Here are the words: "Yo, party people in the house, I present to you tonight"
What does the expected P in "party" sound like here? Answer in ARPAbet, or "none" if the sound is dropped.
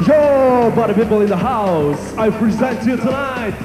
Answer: B